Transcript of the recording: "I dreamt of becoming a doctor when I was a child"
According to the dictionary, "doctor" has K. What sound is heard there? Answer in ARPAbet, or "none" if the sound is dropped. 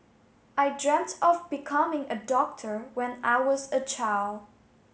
K